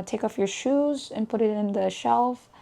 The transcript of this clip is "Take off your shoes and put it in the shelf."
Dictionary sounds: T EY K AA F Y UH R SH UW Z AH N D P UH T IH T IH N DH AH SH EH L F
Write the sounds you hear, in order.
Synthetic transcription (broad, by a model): T EY K AA F Y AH R SH UW Z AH N P UH T IH T IH N DH AH SH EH L F